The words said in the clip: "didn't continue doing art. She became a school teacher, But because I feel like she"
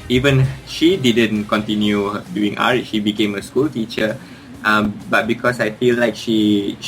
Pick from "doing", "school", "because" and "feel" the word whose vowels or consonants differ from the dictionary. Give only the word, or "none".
because